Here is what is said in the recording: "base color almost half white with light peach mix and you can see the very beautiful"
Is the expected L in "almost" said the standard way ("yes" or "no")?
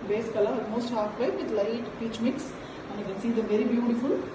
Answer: no